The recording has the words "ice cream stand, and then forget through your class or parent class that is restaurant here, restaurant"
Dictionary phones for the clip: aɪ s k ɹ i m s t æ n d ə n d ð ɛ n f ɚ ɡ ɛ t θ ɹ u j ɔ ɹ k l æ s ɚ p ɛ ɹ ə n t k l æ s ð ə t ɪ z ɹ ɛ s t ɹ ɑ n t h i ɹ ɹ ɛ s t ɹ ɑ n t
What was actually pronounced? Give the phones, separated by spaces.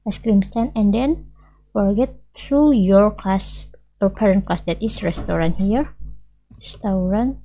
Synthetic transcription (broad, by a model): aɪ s k ɹ i m s t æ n ə n d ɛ n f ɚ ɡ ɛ t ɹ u j ɔ ɹ k l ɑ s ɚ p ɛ ɹ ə n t k l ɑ s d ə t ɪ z ɹ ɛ s t ɹ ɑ n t h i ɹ ɹ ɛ s t ɹ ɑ n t